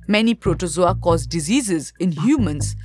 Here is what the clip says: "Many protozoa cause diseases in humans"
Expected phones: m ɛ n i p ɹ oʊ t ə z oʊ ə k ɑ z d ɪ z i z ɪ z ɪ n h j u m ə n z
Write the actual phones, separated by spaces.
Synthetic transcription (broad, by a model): m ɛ n i p ɹ oʊ t ə z oʊ ə k ɑ z d ɪ z i z ɪ z ɪ n h j u m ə n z